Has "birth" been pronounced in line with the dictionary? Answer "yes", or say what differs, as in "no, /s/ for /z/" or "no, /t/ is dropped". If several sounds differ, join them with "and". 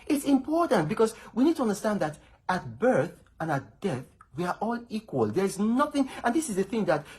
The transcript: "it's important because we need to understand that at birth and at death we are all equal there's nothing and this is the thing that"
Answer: yes